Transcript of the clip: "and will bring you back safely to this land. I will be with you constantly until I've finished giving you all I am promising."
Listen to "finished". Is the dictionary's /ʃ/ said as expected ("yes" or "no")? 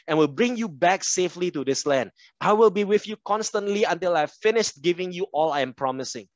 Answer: yes